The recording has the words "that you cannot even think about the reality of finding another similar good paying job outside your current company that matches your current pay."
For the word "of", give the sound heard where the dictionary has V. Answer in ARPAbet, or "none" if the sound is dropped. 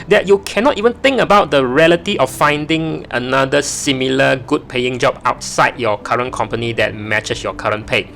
F